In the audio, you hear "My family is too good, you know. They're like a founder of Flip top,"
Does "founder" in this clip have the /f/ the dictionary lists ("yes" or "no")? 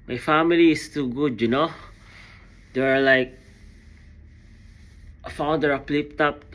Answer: yes